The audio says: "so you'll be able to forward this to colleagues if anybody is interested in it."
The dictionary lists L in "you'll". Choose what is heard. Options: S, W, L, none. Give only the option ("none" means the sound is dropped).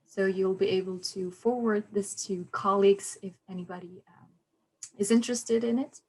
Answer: L